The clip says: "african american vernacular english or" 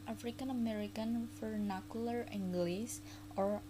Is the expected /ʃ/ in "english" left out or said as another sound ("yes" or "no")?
yes